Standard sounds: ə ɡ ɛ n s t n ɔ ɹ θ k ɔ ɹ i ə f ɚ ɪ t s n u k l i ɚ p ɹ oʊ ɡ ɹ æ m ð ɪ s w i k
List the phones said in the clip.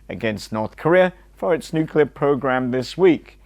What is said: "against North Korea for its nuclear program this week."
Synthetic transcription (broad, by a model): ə ɡ ɛ n s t n ɔ ɹ θ k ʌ ɹ i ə f ɚ ɪ t s n u k l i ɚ p ɹ oʊ ɡ ɹ æ m ð ɪ s w i k